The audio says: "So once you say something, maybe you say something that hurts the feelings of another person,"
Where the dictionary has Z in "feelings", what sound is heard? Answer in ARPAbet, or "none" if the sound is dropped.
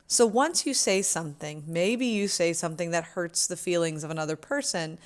Z